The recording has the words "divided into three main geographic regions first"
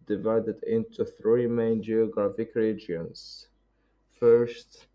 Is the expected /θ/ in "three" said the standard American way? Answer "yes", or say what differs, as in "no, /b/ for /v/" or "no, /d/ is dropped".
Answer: yes